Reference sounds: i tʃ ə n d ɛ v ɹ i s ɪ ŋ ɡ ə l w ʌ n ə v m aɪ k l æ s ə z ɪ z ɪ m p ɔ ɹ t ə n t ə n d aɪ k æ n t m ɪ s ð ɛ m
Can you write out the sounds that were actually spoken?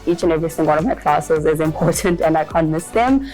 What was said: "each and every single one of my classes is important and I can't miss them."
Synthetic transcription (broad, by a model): i tʃ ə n ɛ v ɹ i θ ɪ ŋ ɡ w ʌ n ə v m aɪ k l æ s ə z ɪ z ɪ m p ɔ ɹ t ə n t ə n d aɪ k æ n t m ɪ s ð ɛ m